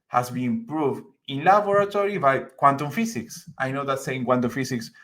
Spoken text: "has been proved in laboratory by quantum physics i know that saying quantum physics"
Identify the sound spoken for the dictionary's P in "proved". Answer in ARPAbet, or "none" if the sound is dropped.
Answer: P